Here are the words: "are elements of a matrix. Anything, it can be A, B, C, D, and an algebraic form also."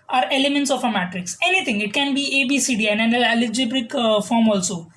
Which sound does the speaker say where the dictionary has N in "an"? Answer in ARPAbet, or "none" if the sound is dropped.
L